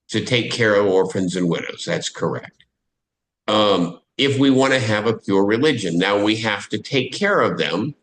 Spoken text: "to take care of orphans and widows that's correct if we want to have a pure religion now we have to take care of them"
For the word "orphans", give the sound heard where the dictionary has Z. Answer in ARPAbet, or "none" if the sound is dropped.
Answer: Z